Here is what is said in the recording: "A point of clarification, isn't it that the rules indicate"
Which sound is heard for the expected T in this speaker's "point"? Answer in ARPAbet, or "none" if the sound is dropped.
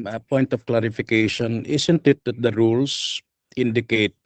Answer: T